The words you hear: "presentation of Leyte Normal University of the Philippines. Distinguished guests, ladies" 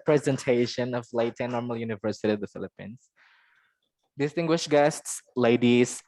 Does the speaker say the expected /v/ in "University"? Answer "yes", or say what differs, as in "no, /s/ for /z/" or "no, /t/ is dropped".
yes